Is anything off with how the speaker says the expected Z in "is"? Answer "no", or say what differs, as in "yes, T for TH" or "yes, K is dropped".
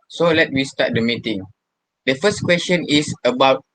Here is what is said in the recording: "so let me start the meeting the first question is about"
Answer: yes, S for Z